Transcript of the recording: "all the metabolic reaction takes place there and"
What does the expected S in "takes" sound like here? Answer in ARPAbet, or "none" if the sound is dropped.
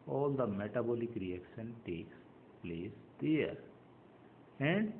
S